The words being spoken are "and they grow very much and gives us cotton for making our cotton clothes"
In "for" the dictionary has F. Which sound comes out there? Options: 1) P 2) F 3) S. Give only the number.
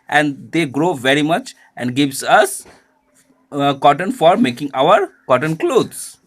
2